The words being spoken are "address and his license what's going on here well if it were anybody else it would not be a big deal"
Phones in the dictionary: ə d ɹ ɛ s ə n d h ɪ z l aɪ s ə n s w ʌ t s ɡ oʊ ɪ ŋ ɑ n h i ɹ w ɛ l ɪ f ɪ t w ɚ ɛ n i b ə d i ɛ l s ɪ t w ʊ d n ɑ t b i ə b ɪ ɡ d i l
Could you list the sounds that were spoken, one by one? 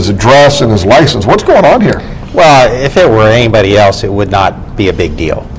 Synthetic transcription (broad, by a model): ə d ɹ ɛ s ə n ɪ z l aɪ s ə n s w ʌ t s ɡ oʊ ɪ ŋ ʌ n h i ɹ w ɛ l ɪ f ɪ t w ɚ ɛ n i b ə d i ɛ l s ɪ t w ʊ d n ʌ t b i ə b ɪ ɡ d i l